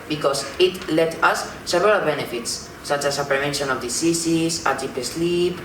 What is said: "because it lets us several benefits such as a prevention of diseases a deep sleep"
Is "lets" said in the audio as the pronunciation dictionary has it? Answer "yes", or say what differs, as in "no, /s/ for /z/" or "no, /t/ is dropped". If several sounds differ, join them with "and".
no, /s/ is dropped